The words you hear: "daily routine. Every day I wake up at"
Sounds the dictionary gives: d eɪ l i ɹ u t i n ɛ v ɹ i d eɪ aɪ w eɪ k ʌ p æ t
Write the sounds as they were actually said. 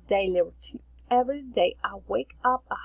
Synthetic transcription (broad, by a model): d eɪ l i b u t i ɛ v ɹ i d eɪ aɪ w eɪ k ʌ p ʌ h